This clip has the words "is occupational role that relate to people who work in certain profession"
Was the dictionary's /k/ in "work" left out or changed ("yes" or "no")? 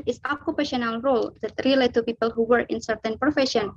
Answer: yes